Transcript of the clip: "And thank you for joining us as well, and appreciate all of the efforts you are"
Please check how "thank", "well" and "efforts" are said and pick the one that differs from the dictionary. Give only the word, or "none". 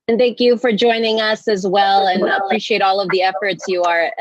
none